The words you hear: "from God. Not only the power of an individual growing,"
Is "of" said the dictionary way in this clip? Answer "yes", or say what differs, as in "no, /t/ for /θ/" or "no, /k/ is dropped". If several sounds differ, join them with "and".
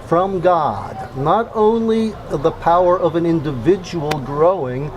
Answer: yes